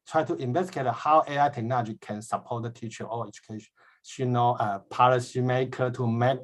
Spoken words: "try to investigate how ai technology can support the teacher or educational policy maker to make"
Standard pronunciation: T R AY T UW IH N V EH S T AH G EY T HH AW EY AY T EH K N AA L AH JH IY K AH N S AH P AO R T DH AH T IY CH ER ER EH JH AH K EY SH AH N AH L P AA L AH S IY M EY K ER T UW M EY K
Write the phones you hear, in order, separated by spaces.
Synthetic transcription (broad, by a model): T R AY T UW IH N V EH S T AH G EY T HH AW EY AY T EH K N AA L AH JH IY K AH N S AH P AO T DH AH T IY CH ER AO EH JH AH K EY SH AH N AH N P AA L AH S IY M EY K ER T UW M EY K